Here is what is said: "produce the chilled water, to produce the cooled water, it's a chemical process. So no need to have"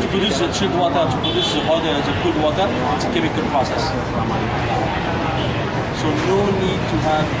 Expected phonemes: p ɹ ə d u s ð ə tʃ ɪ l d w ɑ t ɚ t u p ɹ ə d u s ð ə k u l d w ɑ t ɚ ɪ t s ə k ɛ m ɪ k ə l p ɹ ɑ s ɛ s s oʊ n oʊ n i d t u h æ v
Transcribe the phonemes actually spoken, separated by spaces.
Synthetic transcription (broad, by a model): p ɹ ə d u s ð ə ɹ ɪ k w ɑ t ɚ t u p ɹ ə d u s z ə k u d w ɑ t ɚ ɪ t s ə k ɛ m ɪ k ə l p ɹ ɑ s ɛ s s oʊ n oʊ n i d t u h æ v